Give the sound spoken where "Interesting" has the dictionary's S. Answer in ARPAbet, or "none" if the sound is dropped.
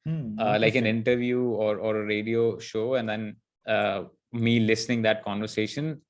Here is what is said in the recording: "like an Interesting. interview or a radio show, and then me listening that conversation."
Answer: none